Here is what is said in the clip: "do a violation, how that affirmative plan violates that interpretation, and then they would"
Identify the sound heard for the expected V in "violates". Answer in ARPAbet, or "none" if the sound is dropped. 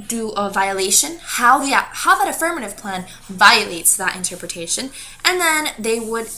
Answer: V